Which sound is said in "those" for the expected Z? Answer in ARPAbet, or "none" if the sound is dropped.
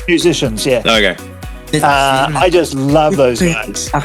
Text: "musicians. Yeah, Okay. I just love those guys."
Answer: Z